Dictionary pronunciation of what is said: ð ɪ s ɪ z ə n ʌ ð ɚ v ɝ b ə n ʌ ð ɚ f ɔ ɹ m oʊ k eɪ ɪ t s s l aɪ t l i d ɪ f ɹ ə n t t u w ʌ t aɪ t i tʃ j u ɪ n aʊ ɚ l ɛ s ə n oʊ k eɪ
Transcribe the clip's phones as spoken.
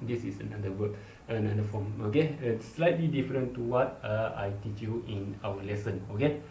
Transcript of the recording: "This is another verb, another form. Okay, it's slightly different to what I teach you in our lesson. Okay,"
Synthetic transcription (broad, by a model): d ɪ s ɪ s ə n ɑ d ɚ w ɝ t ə n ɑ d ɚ f ɔ m oʊ k eɪ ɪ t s s l aɪ t l i d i f ɹ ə n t t u w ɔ t aɪ t i tʃ j u ɪ n aʊ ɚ l ɛ s ə n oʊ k eɪ